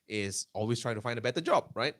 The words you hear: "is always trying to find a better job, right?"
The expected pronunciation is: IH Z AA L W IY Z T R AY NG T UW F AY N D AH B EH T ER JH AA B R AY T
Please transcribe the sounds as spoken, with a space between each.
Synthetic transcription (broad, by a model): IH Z AA L W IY S T R AY NG T UW F AY N D AH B EH T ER JH AA B R AY T